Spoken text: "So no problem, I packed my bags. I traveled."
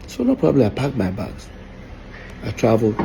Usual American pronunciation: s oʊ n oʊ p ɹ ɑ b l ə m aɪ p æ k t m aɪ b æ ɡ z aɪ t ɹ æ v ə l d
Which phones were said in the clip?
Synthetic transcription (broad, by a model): s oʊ n oʊ p ɹ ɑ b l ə aɪ p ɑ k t m aɪ b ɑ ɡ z aɪ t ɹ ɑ v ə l